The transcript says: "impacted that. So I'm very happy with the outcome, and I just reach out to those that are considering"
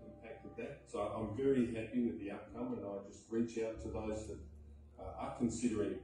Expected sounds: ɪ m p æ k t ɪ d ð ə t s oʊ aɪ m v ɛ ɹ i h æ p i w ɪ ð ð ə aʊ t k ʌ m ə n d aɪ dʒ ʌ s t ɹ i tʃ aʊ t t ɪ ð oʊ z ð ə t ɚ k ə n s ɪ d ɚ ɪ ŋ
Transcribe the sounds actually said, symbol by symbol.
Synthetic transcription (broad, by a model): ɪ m p æ k t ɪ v ð ə t s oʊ aɪ m v ɛ ɹ i h æ p i w ɪ ð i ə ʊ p k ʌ m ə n aɪ dʒ ʌ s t ɹ i tʃ aʊ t t ɪ ð oʊ z ð ə t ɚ k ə n s ɪ d ɚ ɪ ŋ